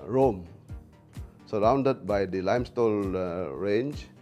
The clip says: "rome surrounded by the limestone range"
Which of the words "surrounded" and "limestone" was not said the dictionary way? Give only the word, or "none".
limestone